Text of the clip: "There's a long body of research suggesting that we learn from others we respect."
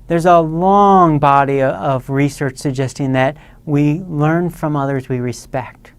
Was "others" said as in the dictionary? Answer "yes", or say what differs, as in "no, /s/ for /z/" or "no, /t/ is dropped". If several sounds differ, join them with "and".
yes